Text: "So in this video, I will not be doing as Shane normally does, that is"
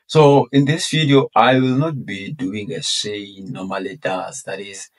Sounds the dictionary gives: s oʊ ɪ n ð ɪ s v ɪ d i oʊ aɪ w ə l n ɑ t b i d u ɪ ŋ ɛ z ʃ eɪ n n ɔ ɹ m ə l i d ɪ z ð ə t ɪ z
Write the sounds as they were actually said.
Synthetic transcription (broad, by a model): s oʊ ɪ n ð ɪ s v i d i oʊ aɪ w ə l n ɑ t b i d u ɪ ŋ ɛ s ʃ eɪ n n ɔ m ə l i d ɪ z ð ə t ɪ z